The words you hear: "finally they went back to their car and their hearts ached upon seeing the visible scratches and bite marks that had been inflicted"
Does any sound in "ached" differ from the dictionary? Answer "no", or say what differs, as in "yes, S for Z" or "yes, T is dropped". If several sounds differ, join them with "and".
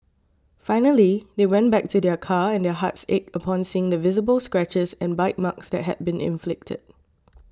yes, T is dropped